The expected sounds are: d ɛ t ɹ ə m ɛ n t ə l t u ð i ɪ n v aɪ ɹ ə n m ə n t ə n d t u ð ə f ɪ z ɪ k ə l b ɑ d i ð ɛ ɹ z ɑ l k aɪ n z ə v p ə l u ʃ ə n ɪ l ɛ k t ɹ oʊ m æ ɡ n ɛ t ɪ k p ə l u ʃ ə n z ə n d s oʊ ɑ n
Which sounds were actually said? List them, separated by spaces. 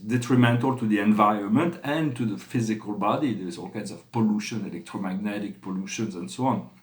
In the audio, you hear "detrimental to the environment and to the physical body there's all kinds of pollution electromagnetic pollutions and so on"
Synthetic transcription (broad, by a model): d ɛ t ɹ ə m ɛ n t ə l t u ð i ɪ n v aɪ ɹ ə n m ə n t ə n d t u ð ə f ɪ z ɪ k ə l b ɑ d i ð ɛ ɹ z ɑ l k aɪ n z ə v p ə l u ʃ ə n ɪ l ɛ k t ɹ oʊ m æ ɡ n ɛ t ɪ k p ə l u ʃ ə n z ə n d s oʊ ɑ n